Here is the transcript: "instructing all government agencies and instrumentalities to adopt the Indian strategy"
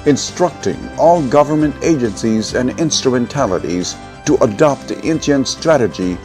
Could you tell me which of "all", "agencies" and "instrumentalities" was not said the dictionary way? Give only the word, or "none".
none